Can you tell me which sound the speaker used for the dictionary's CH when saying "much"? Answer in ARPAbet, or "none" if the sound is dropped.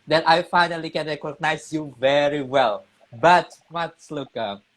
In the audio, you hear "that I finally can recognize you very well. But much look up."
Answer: S